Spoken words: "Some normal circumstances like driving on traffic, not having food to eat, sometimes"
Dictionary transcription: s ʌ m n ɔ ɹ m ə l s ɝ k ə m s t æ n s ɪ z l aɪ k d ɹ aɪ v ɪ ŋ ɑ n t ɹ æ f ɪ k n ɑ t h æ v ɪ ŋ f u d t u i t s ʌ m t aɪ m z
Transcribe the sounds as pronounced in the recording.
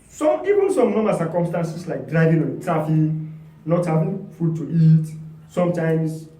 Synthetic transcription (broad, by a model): s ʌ m n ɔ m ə s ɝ k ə m s t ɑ n s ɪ s l aɪ k d ɹ aɪ v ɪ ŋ ɑ n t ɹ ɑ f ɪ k n ɑ t h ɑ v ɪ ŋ f u d t u i t s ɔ m t aɪ m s